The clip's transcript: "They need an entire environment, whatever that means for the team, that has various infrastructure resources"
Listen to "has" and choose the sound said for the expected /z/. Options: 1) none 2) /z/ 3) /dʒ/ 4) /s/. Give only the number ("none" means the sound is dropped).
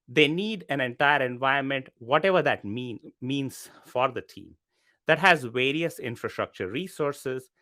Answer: 2